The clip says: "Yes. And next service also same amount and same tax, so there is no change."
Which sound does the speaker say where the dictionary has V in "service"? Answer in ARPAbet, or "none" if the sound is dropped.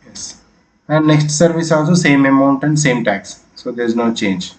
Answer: V